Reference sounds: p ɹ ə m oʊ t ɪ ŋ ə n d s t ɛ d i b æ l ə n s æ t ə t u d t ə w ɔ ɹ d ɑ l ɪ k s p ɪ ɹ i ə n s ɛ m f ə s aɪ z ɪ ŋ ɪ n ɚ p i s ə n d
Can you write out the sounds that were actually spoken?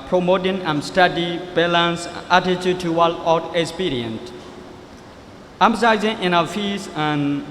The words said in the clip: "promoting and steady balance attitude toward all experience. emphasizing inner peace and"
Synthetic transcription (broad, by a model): p ɹ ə m oʊ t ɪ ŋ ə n s t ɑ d i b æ l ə n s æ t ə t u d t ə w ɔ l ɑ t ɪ k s p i ɹ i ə n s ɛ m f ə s aɪ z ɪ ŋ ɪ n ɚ f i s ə n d